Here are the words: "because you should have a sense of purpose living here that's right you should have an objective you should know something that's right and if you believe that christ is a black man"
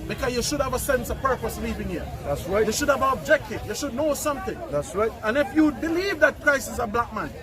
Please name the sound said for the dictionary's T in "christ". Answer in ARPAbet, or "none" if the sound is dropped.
none